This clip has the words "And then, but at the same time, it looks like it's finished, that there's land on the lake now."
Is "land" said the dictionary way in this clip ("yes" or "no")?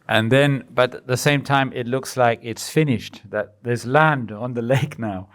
yes